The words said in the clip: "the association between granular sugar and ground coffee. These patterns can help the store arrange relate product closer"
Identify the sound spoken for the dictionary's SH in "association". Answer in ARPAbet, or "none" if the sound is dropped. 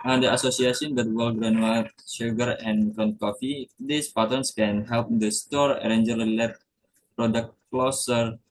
S